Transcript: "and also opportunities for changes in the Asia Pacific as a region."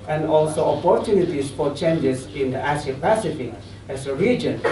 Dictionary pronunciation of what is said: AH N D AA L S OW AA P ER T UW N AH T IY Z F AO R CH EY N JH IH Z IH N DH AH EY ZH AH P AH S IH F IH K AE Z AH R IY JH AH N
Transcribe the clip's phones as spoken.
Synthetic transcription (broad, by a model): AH N D AA L S OW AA P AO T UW N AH T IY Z F AO R CH EY N JH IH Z IH N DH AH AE S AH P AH S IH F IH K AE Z AH R IY JH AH N